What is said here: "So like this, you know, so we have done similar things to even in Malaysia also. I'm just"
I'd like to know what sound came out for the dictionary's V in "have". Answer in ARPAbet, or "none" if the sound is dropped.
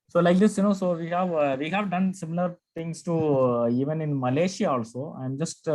V